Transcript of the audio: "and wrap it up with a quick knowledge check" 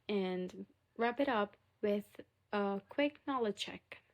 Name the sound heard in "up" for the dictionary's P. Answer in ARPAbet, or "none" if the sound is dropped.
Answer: P